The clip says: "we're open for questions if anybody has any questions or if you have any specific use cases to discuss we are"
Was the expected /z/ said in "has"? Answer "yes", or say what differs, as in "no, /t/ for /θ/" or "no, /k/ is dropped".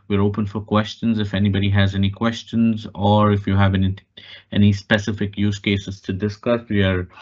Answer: yes